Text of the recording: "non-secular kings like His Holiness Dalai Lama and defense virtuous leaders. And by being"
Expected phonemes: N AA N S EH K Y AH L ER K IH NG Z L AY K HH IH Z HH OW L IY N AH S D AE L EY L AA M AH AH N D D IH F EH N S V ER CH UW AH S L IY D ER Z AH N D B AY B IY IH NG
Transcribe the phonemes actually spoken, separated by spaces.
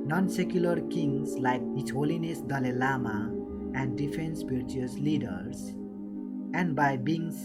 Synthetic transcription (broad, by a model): N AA N S EH K Y AH L ER K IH NG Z L AY K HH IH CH HH OW L IY N AH S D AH L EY L AA M AH AH N D D IH F EH N S P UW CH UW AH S L IY D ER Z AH N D B AY B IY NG